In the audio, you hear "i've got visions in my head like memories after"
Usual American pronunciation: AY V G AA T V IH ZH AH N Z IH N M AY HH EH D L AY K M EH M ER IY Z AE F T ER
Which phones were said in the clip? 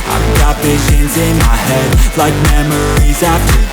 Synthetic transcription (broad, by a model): AY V G AA T V IH ZH AH N Z IH N M AY HH EH D L AY K M EH M ER IY Z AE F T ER